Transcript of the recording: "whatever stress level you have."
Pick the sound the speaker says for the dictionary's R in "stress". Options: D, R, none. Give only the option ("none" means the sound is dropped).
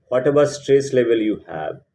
R